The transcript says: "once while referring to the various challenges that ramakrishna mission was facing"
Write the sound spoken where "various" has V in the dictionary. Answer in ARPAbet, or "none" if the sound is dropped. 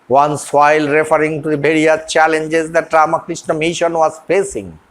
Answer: B